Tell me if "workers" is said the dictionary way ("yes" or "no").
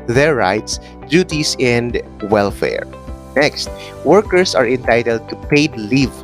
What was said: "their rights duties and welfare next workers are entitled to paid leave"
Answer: no